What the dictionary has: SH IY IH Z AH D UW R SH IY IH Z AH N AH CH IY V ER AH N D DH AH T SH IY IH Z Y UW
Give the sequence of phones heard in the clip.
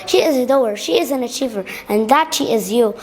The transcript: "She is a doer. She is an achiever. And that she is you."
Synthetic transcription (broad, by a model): SH IY IH Z AH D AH R SH IY IH Z AH N AH CH IY V ER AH N DH AH T SH IY IH Z Y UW